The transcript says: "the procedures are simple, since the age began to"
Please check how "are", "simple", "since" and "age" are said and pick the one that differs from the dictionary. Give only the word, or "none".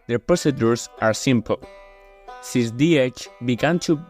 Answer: age